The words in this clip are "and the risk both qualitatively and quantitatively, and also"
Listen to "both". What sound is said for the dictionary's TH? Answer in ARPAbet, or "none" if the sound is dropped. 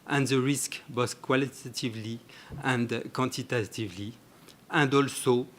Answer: S